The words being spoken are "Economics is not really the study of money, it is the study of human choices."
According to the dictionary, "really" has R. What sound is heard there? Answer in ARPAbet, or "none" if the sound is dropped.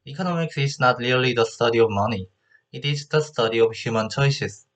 L